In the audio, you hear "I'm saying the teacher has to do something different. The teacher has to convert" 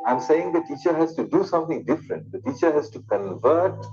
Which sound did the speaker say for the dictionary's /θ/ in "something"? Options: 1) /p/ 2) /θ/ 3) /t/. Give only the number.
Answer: 3